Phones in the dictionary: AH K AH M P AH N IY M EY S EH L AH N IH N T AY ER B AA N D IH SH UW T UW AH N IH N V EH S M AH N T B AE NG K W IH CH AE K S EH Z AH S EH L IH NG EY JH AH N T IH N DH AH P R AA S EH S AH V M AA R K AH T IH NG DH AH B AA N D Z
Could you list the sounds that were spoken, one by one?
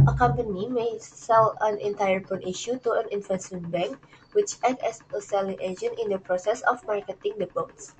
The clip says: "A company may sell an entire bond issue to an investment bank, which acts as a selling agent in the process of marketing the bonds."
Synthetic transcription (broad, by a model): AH K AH M P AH N IY M EY S EH L AH N IH N T AY ER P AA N IH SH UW T UW AH N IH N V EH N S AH N B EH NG K W IH CH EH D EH S AH S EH L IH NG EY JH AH N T IH N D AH P R AA S EH S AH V M AA R K AH T IH NG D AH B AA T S